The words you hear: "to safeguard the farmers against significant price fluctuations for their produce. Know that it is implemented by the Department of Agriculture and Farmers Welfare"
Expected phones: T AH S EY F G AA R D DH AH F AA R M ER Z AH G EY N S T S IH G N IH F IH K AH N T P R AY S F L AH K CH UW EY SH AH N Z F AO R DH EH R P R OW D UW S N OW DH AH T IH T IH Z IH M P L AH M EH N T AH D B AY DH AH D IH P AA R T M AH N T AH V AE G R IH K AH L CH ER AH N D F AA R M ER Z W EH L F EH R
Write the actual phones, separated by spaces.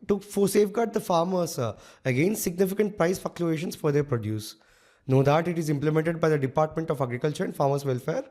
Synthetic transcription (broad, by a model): T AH S EY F G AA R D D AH F AA R M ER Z AH G EY N S T S IH G N IH F IH K AH N T P R AY S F AH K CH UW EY SH AH N S F AO R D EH R P R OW D UW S N OW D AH T IH T IH Z IH M P L AH M EH N T AH D B AY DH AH D IH P AA R T M AH N T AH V AE G R IH K AH L CH ER AH N D F AA R M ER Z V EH L F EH R